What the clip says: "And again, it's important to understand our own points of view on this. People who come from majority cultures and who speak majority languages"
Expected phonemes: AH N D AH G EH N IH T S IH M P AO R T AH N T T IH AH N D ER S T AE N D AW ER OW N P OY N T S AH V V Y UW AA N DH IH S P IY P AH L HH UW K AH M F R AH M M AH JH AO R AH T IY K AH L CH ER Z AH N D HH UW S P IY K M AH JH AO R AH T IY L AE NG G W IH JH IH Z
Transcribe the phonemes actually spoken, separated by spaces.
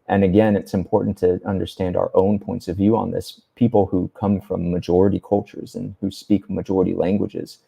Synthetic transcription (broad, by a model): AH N AH G EH N IH T S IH M P AO R T N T T IH AH N D ER S T AE N D AW ER OW N P OY N T S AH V V Y UW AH N DH IH S P IY P L HH UW K AH M F R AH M M AH JH AO R AH T IY K AH L CH ER Z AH N HH UW S P IY K M AH JH AO R AH T IY L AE NG G W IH JH IH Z